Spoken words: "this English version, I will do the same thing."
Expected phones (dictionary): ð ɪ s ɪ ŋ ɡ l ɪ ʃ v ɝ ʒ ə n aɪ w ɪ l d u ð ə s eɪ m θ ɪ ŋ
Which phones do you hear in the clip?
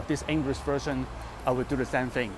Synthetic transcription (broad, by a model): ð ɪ s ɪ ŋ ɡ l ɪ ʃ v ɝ ʃ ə n aɪ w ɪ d d u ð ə s eɪ m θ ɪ ŋ